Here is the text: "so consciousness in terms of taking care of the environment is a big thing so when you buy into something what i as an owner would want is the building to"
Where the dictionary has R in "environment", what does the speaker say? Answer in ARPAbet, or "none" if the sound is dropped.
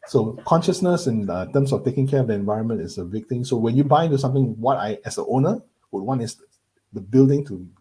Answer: R